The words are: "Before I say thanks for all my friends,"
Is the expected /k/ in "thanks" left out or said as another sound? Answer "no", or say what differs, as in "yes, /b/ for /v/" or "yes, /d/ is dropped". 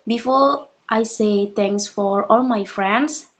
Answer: yes, /k/ is dropped